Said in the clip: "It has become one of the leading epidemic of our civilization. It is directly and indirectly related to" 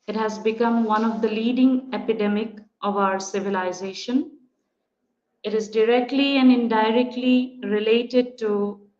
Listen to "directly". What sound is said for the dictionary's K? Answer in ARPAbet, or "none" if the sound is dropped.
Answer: K